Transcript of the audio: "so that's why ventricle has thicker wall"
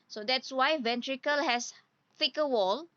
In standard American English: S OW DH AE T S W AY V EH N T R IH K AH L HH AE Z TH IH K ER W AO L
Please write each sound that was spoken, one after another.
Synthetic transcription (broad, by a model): S OW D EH T S W AY V EH N T R IH K AH L HH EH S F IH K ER W AO L